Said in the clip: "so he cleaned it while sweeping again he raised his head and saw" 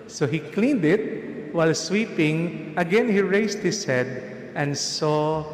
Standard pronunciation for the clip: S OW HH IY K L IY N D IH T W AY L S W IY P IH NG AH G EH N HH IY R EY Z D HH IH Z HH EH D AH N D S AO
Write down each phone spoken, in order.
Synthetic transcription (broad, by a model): S OW HH IY K L IY N D IH T W AY L S W IY P IH NG AH G EH N HH IY R EY S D HH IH S HH EH D AH N D S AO